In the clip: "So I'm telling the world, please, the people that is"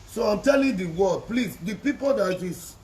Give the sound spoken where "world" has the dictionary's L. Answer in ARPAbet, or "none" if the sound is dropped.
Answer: none